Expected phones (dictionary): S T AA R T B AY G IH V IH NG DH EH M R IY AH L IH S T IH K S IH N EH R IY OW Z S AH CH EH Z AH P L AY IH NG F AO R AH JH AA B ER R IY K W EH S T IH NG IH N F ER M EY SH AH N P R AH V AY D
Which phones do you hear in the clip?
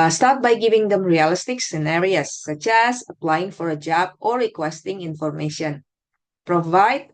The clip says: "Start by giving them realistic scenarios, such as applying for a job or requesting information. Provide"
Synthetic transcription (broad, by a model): S T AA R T B AY G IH V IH NG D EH M R IY AH L IH S T IH K S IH N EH R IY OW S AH CH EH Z AH P L AY IH NG F AO R AH JH AA B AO R IY K W EH S T IH NG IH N F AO M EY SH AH N P R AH V AY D